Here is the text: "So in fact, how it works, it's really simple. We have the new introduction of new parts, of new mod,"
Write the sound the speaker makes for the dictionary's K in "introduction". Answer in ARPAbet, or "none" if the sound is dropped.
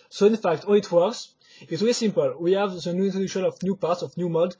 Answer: none